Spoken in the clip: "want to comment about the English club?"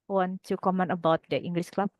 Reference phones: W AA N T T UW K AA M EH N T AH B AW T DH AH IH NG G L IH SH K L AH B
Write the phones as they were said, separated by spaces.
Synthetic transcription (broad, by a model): W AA N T T UW K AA M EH N AH B AW T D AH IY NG G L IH S K L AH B